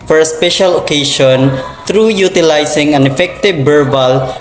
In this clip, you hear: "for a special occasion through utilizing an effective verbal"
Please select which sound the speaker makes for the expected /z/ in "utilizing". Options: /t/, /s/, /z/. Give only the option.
/s/